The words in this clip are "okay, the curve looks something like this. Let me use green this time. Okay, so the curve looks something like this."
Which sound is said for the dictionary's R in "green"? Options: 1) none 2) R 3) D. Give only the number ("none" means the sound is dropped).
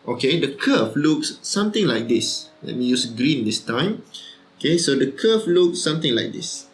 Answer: 2